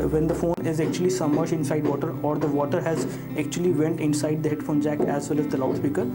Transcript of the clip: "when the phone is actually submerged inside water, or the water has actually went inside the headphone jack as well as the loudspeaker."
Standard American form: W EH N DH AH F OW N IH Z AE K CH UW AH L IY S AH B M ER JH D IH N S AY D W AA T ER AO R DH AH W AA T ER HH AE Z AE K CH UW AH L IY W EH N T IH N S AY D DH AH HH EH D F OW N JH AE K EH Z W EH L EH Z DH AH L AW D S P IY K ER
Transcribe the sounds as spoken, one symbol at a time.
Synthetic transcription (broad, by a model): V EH N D AH F OW N IH Z AE K CH UW AH L IY S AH M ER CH IH N S AY D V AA T ER AO R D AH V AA T ER HH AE Z AE K CH UW AH L IY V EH N T IH N S AY D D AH HH EH D F OW N JH AE K EH Z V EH L EH Z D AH L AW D S P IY K ER